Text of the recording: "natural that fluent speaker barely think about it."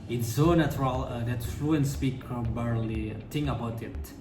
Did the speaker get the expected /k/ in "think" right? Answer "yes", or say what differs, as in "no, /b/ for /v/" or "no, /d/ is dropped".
no, /k/ is dropped